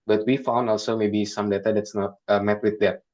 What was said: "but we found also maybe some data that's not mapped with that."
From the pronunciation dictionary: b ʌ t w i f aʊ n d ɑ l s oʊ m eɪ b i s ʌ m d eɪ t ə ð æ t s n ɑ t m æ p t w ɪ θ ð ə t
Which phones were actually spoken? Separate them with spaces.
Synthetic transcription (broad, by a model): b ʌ t w i f aʊ n d ɑ l s oʊ m eɪ b i s ʌ m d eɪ t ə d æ t s n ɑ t m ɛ t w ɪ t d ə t